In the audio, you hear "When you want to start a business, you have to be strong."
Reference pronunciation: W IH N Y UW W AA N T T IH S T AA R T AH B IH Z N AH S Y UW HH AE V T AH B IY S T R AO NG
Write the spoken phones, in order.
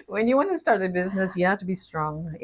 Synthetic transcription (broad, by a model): W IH N Y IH W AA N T T IH S T AA R T AH B IH Z N AH S Y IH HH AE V T AH B IY S T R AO NG